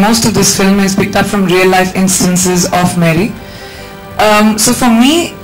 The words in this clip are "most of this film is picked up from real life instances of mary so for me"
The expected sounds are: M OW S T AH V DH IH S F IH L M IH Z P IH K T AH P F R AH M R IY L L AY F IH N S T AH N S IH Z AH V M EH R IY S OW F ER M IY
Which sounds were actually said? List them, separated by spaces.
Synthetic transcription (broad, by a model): M OW S T AH V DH IH S F IH L M IH Z P IH K T AH P F R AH M R IY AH L AY F IH N S T AH N S IH Z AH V M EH R IY S OW F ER M IY